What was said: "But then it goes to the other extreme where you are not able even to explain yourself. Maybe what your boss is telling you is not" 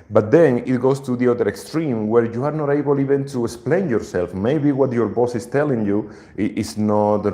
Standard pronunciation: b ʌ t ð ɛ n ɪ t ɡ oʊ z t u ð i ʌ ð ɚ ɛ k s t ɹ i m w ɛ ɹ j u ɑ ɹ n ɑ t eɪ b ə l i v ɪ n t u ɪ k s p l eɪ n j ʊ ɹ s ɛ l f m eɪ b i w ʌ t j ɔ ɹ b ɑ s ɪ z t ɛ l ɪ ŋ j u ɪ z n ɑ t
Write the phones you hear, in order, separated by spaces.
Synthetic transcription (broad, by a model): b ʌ t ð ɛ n ɪ t ɡ oʊ s t u ð i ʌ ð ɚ ɛ k s t ɹ i m w ɛ ɹ j u ɑ ɹ n ɑ t eɪ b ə l i v ɪ n t u ɪ k s p l eɪ n j ʊ ɹ s ɛ l f m eɪ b i w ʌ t j ɔ ɹ b ɑ s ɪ s t ɛ l ɪ ŋ j u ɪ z n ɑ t